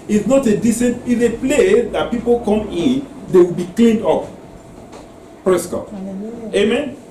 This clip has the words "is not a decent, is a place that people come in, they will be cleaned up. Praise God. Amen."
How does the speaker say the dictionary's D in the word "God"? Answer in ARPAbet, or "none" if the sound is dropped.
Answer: none